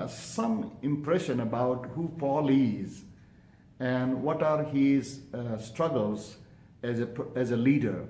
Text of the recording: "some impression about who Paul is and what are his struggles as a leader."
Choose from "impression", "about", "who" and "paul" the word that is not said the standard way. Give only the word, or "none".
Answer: paul